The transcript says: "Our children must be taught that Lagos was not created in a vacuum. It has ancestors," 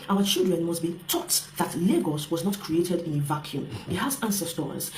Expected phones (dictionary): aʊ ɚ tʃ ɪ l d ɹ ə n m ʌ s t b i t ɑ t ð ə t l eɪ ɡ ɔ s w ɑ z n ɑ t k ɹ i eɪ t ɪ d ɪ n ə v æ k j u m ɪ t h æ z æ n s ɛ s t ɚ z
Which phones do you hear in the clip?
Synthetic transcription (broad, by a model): aʊ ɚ tʃ ɪ l d ɹ ə n m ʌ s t b i t ɑ t ð ə t l eɪ ɡ ɔ s w ɑ z n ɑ t k ɹ i eɪ t ɪ d ɪ n ə v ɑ k j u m ɪ t h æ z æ n s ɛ s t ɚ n